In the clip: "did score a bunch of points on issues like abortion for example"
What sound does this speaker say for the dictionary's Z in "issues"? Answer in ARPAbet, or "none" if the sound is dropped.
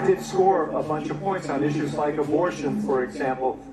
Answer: Z